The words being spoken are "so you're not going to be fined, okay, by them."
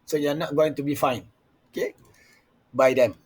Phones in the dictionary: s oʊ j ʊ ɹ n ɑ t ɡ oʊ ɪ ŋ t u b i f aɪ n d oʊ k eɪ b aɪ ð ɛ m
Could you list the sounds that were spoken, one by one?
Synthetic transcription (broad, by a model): s oʊ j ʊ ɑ n ɑ t ɡ oʊ ɪ ŋ t u b i f aɪ n oʊ k eɪ b aɪ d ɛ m